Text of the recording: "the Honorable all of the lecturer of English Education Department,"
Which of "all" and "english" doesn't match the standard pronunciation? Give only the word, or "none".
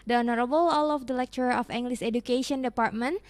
english